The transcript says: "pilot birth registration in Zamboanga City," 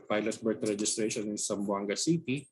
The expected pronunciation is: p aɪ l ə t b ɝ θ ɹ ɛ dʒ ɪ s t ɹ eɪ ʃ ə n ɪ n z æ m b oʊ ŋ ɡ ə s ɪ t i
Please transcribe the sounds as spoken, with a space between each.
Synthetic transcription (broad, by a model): p aɪ l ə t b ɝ t ɹ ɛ dʒ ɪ s t ɹ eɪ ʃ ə n ɪ n s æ m b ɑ ŋ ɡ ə s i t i